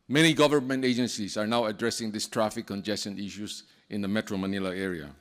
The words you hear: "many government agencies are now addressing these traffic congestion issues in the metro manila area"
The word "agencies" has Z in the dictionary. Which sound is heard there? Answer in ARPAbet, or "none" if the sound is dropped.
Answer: S